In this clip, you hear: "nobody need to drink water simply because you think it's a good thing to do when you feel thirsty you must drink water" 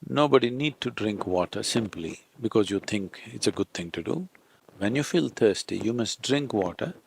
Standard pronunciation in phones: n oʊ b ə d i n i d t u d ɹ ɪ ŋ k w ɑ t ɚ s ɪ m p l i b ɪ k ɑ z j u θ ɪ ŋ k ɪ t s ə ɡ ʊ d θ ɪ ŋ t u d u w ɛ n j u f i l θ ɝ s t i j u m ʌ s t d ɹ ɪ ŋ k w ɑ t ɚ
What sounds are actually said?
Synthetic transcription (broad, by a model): n oʊ b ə d i n i d t u d ɹ ɪ ŋ k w ɑ t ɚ s ɪ m p l i b ɪ k ɑ z j u t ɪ ŋ k ɪ t s ə ɡ ʊ d t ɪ ŋ t u d u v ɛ n j u f i l t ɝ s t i j u m ʌ s t d ɹ ɪ ŋ k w ɑ t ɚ